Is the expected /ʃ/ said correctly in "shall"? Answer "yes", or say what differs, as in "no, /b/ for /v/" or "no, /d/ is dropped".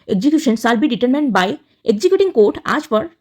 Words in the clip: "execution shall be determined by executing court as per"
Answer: no, /s/ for /ʃ/